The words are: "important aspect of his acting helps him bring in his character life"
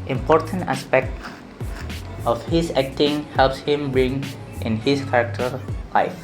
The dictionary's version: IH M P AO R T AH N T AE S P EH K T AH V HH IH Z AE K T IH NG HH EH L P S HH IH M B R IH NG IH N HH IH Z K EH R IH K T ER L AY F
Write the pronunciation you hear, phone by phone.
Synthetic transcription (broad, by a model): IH M P AO R T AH N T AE S P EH K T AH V HH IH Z AE K T IH NG HH EH L P S HH IH M B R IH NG IH N HH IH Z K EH R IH K T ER L AY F